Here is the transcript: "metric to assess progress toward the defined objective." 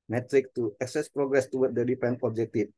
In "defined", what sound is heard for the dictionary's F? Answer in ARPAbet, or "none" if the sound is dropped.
P